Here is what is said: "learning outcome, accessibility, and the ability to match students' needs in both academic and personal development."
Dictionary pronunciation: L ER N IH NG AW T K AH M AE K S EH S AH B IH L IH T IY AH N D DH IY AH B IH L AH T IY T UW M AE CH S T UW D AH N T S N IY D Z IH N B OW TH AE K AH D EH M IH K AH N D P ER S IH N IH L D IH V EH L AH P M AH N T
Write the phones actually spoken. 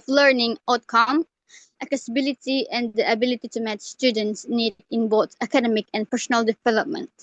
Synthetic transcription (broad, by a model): L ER N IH NG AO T K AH M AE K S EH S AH B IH L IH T IY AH N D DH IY AH B IH L AH T IY T UW M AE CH S T UW D AH N T S N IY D IH N B OW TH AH K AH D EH M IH K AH N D P ER S IH N IH L D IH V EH L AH P M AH N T